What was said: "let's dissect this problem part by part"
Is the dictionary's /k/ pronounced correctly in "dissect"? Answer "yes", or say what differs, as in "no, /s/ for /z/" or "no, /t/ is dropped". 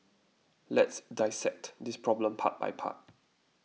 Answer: yes